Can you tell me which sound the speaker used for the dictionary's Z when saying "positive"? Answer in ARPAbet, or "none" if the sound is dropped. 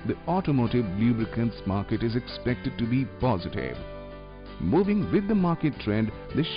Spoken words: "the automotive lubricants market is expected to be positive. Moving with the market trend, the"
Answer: Z